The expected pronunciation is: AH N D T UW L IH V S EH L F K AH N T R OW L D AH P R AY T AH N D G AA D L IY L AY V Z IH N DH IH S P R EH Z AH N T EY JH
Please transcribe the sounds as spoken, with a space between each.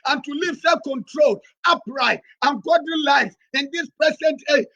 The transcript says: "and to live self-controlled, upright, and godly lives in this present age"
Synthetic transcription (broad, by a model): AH N T UW L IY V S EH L K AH N T R OW L AH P R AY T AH N G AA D IY L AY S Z IH N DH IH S P R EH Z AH N T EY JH